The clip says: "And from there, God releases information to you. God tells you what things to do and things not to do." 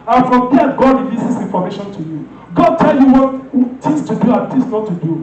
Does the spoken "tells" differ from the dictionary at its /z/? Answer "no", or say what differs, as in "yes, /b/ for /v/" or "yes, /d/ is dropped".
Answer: yes, /z/ is dropped